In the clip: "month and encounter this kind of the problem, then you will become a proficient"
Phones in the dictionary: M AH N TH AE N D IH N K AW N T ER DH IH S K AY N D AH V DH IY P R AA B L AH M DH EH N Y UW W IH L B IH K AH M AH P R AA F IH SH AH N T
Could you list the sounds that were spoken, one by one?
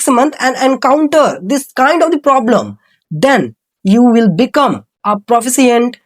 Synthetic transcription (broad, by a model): M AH N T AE N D IH N K AW N T ER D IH S K AY N D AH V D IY P R AA B L AH M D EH N Y UW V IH L B IH K AH M AH P R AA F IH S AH N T